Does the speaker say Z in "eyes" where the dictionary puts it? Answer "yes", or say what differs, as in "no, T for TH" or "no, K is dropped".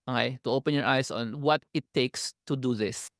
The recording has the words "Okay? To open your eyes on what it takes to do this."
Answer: no, S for Z